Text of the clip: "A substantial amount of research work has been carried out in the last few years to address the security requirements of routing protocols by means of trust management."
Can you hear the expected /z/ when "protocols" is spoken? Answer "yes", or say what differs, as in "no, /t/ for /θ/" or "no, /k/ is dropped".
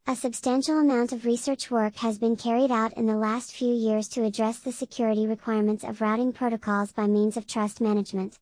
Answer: yes